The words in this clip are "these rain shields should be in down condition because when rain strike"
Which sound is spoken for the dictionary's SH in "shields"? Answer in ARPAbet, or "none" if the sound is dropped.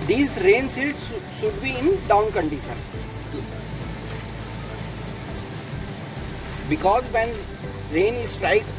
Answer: S